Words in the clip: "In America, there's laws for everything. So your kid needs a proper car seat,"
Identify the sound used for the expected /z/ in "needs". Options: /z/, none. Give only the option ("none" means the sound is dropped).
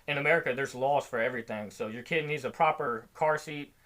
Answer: /z/